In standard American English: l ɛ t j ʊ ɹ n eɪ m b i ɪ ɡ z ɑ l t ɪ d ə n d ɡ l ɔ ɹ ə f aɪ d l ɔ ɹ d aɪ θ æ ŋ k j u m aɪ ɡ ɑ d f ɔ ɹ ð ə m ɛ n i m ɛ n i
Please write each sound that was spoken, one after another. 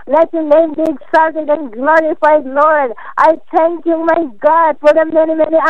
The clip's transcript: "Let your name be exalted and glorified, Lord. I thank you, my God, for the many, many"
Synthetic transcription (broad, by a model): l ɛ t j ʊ n eɪ m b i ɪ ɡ s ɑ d t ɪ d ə n ɡ l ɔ ɹ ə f aɪ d l ɔ ɹ d aɪ t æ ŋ k j u m aɪ ɡ ɑ d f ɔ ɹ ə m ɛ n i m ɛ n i